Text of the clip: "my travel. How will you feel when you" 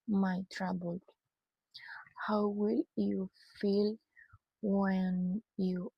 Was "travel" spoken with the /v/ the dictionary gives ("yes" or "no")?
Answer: no